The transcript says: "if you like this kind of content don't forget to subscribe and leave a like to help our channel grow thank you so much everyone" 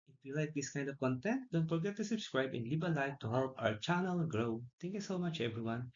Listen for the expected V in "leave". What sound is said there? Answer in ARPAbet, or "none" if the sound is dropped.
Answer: B